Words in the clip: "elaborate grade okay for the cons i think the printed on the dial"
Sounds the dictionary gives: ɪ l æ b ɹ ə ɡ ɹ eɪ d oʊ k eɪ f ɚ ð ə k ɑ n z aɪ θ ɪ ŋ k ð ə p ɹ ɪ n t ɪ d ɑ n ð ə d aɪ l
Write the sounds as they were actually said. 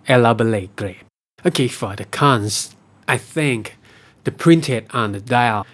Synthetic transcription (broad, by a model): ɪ l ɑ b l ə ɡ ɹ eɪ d oʊ k eɪ f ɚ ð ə k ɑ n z aɪ θ ɪ ŋ k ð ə p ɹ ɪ n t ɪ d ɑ n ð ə d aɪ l